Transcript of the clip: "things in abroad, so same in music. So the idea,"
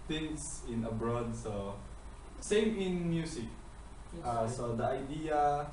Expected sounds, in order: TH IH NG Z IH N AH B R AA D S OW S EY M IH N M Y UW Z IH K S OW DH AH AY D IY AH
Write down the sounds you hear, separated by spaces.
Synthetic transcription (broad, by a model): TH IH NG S IH N AH B R AA D S OW S EY M IH N M Y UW S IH K S OW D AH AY D IY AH